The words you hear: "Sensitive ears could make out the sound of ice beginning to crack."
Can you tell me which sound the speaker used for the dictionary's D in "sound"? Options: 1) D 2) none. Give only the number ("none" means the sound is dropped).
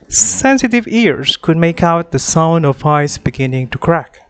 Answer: 1